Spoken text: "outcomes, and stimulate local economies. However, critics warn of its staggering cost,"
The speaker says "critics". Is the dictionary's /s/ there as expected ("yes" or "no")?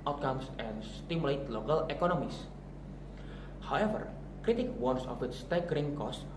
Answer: no